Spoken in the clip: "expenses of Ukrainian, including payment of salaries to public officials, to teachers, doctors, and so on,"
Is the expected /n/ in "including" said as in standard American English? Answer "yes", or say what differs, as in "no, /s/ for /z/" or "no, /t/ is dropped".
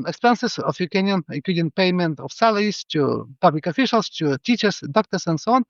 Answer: no, /n/ is dropped